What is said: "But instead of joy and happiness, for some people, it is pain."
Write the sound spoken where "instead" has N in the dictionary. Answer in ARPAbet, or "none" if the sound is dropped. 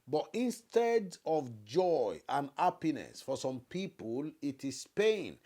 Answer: N